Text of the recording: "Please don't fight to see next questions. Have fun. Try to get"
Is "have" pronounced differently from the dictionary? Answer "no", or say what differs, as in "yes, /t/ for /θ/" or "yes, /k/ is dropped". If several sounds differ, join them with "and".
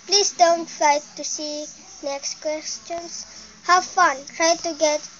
yes, /w/ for /v/